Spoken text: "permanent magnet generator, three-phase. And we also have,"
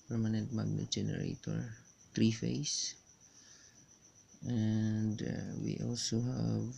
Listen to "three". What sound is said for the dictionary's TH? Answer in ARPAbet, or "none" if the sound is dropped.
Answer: T